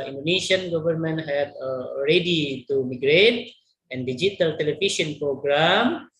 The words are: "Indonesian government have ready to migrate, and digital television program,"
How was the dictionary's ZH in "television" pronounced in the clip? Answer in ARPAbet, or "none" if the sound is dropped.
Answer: SH